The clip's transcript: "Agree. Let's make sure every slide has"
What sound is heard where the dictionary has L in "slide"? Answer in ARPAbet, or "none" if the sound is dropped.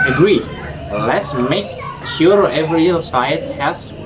none